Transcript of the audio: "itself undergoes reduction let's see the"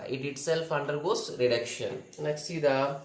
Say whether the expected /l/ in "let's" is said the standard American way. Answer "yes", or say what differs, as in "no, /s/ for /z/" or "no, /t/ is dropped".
no, /n/ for /l/